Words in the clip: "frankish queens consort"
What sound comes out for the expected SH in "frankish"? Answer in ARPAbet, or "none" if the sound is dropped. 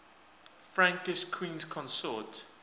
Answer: S